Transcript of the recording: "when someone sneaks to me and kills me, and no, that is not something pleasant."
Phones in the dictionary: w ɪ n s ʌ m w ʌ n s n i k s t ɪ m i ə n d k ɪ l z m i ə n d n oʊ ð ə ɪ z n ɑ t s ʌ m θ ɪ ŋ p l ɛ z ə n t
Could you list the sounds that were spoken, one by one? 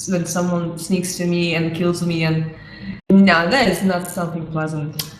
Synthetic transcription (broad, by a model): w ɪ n s ʌ m w ʌ n s n i k s t ɪ m i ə n k ɪ l z m i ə n n oʊ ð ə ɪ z n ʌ t s ʌ m θ ɪ ŋ p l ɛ z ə n t